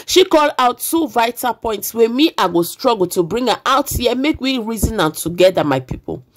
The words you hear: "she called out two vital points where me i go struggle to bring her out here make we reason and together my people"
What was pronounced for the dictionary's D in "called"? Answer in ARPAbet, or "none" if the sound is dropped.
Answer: none